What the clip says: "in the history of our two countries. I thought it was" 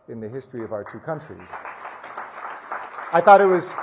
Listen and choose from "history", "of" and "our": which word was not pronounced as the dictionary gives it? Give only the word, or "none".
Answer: none